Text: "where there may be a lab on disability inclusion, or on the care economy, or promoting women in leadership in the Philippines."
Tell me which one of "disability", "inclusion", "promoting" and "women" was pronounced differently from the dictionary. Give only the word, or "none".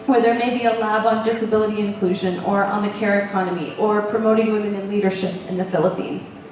none